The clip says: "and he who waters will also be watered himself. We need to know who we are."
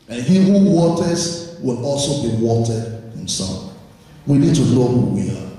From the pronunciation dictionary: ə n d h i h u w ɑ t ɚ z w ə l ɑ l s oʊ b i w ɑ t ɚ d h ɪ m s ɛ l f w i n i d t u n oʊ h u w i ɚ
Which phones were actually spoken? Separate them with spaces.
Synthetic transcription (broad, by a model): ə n h i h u w ɑ t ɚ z w ə l ɑ l s oʊ b i w ɑ t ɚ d h ɪ m s ɛ l f w i n i d t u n oʊ h u w i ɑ